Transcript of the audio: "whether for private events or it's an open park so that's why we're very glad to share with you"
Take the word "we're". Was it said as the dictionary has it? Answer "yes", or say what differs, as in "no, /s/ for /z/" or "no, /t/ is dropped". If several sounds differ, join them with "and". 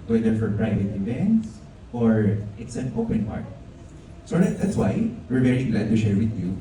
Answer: yes